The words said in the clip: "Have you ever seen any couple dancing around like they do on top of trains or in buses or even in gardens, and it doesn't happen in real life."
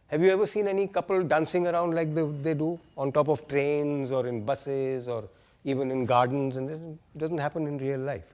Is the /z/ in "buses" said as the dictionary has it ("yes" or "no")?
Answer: yes